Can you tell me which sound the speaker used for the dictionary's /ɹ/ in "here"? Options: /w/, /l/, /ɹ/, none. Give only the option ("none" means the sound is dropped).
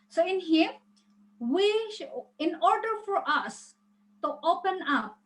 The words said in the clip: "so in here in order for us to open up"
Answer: /w/